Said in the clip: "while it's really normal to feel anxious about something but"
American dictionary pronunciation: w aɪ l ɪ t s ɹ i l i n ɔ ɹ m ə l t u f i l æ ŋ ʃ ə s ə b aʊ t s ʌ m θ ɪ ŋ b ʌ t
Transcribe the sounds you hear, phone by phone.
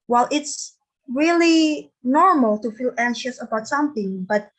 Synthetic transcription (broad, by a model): w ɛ l ɪ t s ɹ i l i n ɔ ɹ m ə l t u f i l æ ŋ ʃ ə s ə b aʊ t s ʌ m θ ɪ ŋ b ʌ t